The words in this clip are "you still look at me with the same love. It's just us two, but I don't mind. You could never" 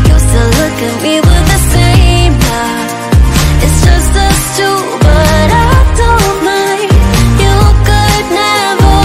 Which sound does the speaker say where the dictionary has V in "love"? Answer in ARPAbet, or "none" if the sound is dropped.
none